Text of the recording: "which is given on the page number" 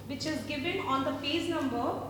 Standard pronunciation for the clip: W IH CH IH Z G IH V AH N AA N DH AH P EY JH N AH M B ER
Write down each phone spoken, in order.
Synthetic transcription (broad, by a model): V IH CH IH Z G IH V AH N AA N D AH F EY Z N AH M B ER